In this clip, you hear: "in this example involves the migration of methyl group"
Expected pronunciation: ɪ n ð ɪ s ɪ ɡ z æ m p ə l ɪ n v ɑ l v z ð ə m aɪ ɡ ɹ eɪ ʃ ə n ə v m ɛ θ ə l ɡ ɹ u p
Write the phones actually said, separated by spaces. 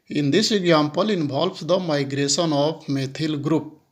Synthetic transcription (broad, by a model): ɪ n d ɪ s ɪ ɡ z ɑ m p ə l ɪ n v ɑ l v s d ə m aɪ ɡ ɹ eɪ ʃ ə n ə p m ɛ t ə l ɡ ɹ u p